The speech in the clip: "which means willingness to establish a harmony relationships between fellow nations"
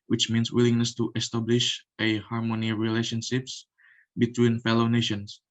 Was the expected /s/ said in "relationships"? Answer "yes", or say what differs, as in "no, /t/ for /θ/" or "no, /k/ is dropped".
yes